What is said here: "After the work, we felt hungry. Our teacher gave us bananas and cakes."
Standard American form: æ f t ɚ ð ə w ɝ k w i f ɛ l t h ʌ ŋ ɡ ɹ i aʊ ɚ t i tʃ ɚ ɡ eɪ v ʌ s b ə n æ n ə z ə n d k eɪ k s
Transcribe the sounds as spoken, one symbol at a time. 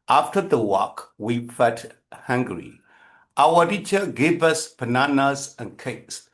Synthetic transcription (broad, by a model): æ f t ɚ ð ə w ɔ k w i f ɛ t h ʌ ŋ ɡ ɹ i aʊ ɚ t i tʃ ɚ ɡ eɪ v ʌ s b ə n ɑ n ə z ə n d k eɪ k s